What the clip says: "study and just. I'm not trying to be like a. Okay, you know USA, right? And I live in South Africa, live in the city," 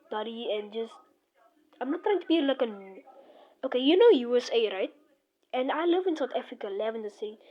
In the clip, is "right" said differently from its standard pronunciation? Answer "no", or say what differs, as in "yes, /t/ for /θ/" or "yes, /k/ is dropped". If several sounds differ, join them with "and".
no